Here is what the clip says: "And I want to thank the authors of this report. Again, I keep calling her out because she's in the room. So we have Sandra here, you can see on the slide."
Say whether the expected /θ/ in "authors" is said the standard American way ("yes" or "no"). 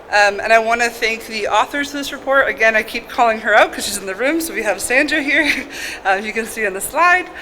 yes